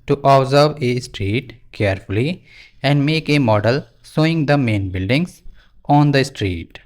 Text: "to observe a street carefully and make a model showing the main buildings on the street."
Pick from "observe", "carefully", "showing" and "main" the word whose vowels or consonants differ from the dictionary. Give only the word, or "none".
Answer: showing